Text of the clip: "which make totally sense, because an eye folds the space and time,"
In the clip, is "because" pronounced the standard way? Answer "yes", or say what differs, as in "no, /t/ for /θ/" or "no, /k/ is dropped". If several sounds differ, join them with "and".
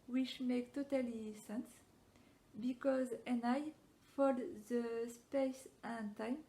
yes